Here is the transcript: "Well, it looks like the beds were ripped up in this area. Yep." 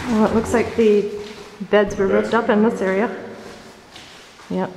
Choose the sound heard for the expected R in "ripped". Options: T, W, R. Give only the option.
R